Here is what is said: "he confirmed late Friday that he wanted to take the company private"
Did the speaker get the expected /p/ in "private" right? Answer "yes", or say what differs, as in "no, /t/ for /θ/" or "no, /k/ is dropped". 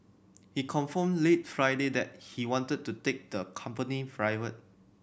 no, /f/ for /p/